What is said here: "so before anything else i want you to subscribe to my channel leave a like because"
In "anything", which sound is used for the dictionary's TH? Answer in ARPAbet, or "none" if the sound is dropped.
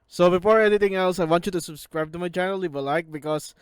T